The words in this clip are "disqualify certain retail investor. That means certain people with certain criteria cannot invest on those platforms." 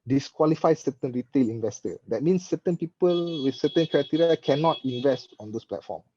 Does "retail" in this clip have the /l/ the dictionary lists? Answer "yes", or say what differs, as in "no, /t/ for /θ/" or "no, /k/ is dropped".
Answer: yes